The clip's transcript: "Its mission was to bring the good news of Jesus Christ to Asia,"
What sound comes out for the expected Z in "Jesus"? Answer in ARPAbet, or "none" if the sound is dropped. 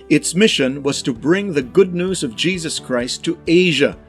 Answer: Z